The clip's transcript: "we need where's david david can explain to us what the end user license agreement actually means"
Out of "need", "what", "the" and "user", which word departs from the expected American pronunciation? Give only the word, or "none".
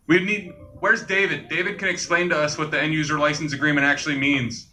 none